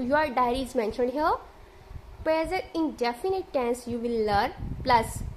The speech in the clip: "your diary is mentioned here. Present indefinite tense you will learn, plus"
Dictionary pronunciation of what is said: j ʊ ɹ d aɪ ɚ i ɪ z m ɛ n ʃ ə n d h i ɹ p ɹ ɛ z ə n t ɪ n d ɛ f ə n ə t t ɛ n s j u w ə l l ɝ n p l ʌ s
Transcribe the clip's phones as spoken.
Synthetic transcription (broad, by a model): j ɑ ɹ d aɪ ɚ i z m ɛ n ʃ ə n d h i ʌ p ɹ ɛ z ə t ɪ n d ɛ f ə n ə t t ɛ n s j u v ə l l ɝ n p l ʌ s